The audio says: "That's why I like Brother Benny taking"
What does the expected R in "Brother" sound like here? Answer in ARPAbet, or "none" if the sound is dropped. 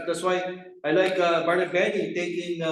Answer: none